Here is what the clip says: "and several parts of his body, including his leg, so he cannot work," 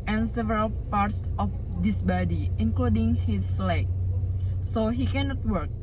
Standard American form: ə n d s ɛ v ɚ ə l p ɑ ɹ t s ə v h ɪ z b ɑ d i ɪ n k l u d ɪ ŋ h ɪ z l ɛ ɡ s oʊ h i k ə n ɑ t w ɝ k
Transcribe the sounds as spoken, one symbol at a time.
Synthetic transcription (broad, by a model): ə n s ɛ v ɚ ə l p ɑ ɹ t s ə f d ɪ s b ɑ d i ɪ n k l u d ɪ ŋ h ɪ s l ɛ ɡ s oʊ h i k ə n ɑ t w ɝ k